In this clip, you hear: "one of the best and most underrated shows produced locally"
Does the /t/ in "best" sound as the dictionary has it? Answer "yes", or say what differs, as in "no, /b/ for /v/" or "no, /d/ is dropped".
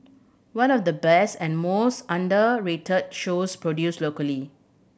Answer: yes